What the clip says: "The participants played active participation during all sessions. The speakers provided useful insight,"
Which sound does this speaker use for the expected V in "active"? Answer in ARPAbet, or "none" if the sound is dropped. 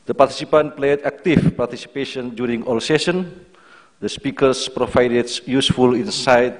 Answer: F